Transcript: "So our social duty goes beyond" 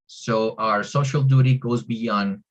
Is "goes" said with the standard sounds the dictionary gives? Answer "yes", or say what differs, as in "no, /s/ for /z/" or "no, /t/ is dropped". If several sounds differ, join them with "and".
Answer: yes